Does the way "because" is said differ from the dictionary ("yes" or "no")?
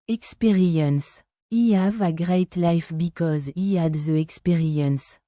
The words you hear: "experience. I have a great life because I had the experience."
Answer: no